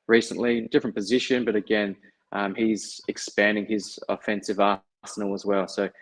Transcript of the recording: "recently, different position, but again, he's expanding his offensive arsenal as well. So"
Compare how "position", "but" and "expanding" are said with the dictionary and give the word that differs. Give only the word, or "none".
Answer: none